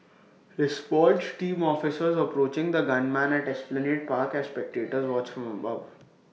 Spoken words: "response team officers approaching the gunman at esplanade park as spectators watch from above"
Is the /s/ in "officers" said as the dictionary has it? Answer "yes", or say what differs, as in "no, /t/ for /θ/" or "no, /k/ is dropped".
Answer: yes